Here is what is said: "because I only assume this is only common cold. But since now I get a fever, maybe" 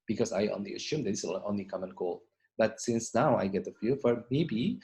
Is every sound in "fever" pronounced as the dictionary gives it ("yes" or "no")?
no